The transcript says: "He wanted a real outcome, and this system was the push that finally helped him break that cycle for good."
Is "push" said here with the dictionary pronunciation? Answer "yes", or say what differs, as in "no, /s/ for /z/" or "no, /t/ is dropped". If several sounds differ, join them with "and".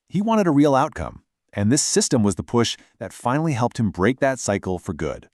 yes